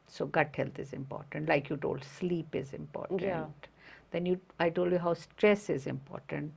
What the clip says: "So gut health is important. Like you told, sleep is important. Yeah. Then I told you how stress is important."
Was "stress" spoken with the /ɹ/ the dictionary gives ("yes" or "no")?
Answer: yes